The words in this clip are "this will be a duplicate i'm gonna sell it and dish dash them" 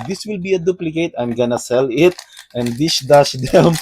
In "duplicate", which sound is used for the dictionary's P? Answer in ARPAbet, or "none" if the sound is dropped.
P